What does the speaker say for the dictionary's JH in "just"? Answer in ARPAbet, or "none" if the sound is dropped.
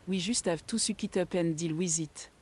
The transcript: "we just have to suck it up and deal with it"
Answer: ZH